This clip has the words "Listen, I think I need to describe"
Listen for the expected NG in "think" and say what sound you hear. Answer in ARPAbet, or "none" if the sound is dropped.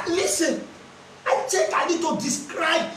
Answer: none